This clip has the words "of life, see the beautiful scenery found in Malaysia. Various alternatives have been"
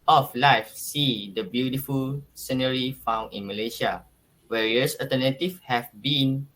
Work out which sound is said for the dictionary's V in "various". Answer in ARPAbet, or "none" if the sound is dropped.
W